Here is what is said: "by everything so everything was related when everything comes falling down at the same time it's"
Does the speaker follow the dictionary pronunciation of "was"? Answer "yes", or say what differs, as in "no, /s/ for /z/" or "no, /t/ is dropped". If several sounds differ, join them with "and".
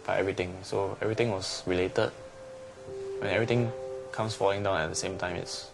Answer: no, /s/ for /z/